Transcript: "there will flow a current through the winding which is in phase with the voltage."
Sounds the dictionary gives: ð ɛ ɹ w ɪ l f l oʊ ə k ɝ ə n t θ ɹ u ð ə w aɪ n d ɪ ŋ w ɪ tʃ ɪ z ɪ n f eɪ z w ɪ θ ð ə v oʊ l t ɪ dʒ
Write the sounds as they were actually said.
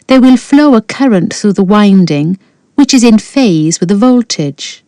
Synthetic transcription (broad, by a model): ð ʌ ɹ w ɪ l f l oʊ ə k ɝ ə n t θ ɹ u ð ə w aɪ n d ɪ ŋ w ɪ tʃ ɪ z ɪ n f eɪ z w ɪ ð ə v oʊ l t ɪ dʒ